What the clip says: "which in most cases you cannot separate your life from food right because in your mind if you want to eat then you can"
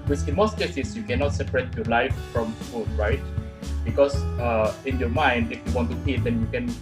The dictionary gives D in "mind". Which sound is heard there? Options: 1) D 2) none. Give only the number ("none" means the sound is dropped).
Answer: 1